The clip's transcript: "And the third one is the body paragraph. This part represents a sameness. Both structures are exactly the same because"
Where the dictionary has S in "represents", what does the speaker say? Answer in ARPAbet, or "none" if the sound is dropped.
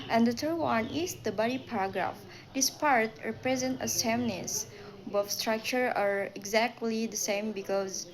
none